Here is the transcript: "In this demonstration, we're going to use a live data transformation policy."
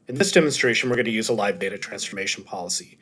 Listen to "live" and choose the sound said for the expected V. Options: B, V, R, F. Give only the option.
V